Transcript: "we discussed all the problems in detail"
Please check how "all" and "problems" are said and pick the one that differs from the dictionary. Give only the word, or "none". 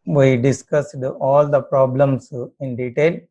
problems